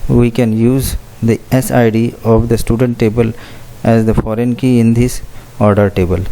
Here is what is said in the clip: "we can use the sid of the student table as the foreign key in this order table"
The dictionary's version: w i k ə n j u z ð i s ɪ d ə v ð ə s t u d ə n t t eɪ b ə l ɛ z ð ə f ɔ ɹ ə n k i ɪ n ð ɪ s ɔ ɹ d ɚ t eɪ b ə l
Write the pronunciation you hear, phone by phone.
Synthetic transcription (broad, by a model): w i k ə n j u z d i s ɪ d ə v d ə s t u d ə n t t eɪ b ə l ɛ z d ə f ɔ ɹ ə n k i ɪ n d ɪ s ɔ ɹ d ɚ t eɪ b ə l